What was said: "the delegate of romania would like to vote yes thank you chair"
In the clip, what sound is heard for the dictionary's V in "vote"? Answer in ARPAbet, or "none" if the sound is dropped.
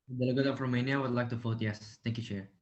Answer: F